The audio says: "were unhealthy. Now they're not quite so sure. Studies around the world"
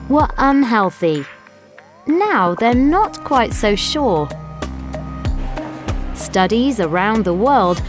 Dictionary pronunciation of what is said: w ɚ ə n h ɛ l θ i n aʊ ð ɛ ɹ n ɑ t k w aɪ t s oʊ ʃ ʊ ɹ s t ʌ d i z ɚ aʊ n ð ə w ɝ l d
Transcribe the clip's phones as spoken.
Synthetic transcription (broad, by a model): w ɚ ə n h ɛ l θ i n aʊ ð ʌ ɹ n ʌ t k w aɪ t s oʊ ʃ ʊ ɹ s t ʌ d i z ɚ aʊ n ð ə w ɝ l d